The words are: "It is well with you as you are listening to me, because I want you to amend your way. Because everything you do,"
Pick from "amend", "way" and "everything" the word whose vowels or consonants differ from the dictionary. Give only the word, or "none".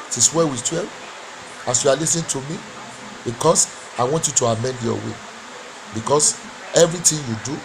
everything